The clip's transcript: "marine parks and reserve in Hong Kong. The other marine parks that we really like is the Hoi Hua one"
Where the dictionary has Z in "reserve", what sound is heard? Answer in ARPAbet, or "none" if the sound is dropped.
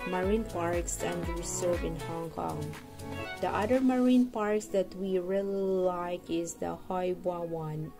S